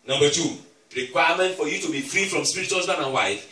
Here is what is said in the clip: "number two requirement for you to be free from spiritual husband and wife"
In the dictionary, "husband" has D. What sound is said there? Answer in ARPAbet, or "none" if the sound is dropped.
none